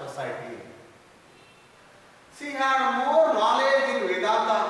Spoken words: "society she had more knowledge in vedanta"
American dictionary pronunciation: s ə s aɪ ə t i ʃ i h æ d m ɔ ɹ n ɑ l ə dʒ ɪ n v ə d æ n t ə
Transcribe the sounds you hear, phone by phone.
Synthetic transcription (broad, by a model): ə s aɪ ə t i s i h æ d m ɔ ɹ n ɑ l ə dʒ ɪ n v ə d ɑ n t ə